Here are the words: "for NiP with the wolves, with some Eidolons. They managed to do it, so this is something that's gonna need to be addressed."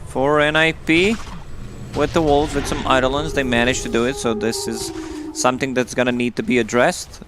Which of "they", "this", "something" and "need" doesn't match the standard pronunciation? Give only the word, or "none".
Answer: none